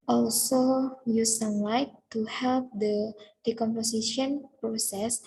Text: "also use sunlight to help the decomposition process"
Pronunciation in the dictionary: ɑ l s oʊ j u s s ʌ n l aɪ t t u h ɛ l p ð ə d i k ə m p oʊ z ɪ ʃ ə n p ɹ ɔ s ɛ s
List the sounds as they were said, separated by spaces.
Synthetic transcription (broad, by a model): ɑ l s oʊ j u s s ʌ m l aɪ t t u h ɛ l p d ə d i k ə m p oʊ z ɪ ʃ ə n p ɹ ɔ s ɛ s